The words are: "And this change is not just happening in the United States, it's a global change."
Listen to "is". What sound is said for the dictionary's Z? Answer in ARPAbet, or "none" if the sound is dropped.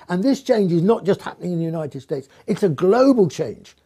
Z